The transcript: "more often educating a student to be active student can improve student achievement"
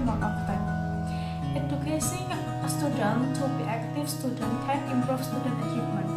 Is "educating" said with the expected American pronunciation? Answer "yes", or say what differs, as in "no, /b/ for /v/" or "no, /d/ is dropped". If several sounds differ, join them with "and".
no, /s/ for /t/